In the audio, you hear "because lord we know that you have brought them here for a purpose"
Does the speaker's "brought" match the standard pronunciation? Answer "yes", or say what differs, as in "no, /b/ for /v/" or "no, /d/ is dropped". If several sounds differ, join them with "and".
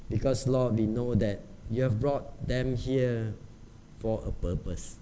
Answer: yes